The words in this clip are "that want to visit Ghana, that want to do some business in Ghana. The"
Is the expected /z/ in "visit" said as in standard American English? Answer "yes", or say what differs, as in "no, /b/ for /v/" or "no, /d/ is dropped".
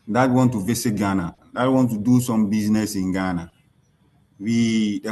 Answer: no, /s/ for /z/